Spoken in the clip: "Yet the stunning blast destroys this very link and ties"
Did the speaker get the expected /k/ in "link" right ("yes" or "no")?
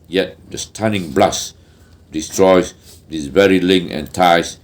no